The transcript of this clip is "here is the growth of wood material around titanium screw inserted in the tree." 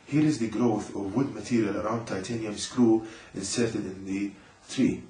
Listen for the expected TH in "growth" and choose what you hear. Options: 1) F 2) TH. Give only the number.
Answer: 2